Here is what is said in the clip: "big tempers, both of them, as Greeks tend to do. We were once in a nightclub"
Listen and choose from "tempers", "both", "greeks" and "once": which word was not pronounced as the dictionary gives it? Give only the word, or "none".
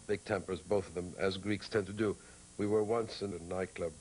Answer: none